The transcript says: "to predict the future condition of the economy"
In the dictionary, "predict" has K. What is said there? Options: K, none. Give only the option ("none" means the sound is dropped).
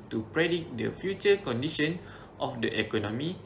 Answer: none